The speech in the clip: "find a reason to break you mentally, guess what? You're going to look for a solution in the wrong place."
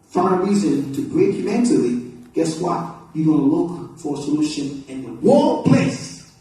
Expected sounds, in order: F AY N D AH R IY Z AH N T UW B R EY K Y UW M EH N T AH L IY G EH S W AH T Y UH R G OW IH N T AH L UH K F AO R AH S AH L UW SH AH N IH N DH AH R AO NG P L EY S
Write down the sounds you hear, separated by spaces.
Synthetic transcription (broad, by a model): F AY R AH R IY Z AH N T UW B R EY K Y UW M EH N T AH L IY G EH S W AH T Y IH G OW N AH L UH K F AO R AH S AH L UW SH AH N IH N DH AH W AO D P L EY S